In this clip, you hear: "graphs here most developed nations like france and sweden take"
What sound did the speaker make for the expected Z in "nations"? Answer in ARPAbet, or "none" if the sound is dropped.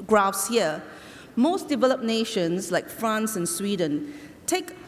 S